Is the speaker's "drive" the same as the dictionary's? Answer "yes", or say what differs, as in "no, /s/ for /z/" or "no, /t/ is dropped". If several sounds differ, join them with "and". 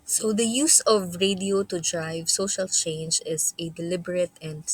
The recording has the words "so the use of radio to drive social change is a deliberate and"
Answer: yes